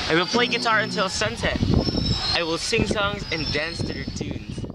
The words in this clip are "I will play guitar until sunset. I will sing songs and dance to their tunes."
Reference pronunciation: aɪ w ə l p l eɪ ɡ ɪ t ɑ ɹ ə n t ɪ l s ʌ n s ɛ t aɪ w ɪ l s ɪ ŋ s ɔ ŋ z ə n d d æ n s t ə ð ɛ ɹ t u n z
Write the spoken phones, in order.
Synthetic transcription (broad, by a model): aɪ w ə l p l eɪ ɡ ɪ t ɑ ɹ ə n t ɪ l s ʌ n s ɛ t aɪ w ɪ l s ɪ ŋ s ɔ ŋ z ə n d d æ n s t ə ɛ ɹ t u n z